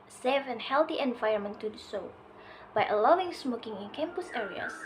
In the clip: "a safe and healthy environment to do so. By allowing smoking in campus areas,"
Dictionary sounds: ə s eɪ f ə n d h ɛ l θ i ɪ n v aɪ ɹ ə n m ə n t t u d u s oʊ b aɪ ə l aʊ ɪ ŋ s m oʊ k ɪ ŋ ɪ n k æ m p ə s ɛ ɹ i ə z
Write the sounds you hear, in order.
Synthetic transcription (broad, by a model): s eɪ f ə n h ɛ l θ i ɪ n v aɪ ə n m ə n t t u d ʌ s oʊ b aɪ ə l aʊ ɪ ŋ s m oʊ k ɪ ŋ ɪ n k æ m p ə s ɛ ɹ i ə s